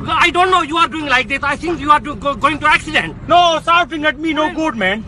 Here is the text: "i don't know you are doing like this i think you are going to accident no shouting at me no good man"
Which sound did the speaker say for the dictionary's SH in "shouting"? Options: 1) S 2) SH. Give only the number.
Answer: 1